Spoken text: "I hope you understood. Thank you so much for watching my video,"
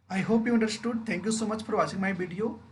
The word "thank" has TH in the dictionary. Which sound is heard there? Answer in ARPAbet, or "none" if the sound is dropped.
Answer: T